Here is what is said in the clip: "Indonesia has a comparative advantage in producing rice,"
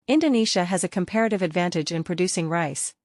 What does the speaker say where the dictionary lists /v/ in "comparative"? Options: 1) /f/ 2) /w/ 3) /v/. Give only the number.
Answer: 3